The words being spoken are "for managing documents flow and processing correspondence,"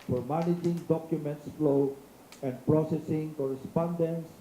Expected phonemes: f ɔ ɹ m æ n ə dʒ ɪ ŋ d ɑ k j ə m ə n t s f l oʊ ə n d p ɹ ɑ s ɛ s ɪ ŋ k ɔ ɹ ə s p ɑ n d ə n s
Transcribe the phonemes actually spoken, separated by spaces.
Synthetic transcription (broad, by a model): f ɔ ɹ m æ n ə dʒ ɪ ŋ d ɑ k j ə m ə n t s f l oʊ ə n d p ɹ ɑ s ɛ s ɪ ŋ k ɔ ɹ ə s p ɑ n d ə n s